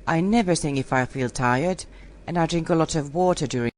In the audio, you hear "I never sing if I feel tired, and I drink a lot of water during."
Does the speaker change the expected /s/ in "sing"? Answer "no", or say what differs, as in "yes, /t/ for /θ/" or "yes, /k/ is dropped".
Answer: yes, /θ/ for /s/